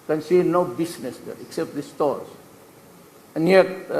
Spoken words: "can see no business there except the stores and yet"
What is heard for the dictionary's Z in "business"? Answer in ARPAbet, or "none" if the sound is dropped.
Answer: S